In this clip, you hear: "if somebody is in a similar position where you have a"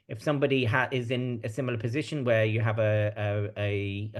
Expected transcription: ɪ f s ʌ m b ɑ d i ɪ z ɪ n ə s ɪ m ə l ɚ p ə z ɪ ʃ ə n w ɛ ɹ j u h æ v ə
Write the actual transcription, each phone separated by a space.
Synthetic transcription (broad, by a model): ɪ f s ʌ m b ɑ d i ɪ z ɪ n ə s ɪ m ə l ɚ p ə z ɪ ʃ ə n w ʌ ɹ j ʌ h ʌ v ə